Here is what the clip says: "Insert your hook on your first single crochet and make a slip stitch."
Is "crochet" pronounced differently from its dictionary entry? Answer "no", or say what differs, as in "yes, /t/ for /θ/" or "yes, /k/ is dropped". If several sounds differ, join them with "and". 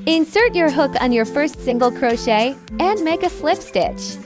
no